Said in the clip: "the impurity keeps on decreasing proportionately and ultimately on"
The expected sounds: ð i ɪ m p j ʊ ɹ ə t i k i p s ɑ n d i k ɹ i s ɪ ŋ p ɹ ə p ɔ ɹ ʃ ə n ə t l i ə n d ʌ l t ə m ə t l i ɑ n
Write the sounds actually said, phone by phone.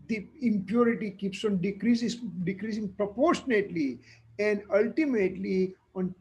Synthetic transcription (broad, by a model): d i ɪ m p j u ɹ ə t i k i p s ɑ n d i k ɹ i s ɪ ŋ p ɹ ə p ɔ ɹ ʃ ə n ə t l i ə n d ʌ l t ə m ə t l i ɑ n